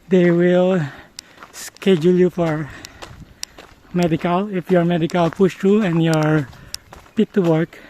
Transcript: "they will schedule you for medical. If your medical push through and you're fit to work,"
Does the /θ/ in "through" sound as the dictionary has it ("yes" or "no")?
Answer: no